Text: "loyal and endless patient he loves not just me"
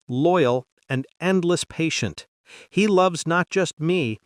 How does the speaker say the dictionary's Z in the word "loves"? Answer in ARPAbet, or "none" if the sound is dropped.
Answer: Z